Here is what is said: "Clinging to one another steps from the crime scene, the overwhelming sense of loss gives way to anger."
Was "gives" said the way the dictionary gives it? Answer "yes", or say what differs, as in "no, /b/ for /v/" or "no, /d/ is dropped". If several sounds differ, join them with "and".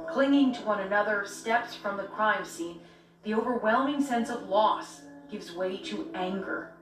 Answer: yes